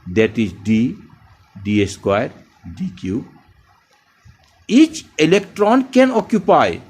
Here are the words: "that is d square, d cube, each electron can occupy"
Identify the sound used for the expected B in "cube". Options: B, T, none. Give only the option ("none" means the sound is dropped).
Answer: none